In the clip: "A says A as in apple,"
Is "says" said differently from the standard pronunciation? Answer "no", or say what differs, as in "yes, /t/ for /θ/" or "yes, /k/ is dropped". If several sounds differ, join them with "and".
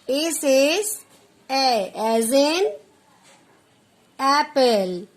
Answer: yes, /s/ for /z/